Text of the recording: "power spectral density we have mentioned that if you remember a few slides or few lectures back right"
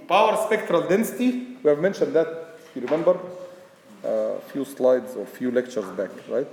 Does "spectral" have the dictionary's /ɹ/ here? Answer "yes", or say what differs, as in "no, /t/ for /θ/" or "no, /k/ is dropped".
yes